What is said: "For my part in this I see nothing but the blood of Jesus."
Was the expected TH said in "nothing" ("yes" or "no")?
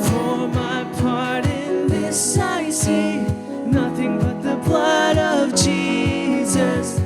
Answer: yes